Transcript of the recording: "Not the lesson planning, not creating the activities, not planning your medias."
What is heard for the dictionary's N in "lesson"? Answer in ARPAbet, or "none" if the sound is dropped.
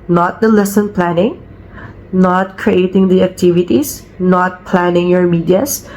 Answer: N